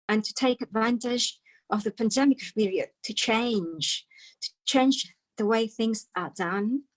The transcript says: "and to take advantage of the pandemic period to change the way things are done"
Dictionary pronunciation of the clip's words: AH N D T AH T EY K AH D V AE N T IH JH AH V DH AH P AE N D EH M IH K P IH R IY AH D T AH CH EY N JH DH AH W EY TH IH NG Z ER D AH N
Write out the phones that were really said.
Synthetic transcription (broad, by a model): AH N T AH T EY K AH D V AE N T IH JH AH V DH AH P AE N D EH M IH K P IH R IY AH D T AH CH EY N JH DH AH W EY TH IH NG Z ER D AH N